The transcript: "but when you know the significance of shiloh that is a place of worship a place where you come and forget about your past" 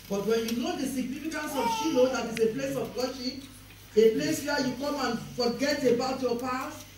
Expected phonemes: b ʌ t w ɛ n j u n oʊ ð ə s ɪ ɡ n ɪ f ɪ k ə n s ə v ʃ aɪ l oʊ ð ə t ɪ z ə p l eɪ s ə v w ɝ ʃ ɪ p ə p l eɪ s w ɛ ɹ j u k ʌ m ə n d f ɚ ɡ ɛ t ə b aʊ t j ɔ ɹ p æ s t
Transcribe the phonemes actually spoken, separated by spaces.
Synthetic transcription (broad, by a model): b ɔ t w ɛ n j u n oʊ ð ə s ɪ ɡ n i f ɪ k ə n s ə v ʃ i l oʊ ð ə t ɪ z ə p l eɪ s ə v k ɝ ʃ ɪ ə p l eɪ s w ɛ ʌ j u k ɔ m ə n f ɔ ɡ ɛ t ə b aʊ t j ɔ p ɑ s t